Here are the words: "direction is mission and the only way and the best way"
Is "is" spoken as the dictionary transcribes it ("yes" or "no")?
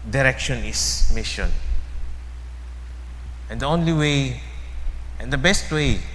no